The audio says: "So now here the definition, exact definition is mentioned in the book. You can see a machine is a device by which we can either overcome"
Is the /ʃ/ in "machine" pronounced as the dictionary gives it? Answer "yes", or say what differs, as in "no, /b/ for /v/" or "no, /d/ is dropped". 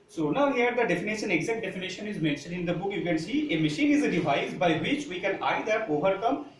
yes